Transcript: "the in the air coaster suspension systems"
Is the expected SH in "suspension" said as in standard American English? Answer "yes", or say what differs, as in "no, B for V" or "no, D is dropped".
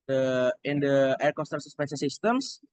no, S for SH